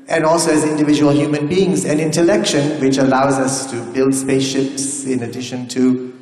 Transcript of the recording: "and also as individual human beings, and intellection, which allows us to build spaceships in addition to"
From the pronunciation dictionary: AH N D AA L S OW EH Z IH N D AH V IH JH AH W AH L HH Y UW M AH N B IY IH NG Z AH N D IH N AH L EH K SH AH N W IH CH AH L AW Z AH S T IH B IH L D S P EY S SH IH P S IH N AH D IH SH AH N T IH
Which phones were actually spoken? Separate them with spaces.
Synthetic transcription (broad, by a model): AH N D AA L S OW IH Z IH N D AH V IH JH AH W AH L HH Y UW M AH N B IY IH NG Z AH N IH N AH L EH K SH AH N W IH CH AH L AW Z AH S T IH B IH L D S P EY S SH IH P S IH N AH D IH SH AH N T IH